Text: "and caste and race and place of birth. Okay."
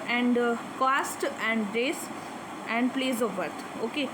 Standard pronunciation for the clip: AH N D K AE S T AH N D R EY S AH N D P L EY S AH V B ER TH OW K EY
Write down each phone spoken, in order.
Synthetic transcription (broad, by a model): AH N D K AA S T AH N D R EY S AH N D P L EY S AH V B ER T OW K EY